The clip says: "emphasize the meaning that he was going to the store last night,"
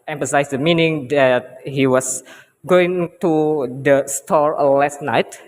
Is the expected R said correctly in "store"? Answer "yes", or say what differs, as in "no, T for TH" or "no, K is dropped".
yes